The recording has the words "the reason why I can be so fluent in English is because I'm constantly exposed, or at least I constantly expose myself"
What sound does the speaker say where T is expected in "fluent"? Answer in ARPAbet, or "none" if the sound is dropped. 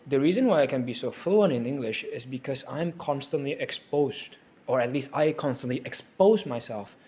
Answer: none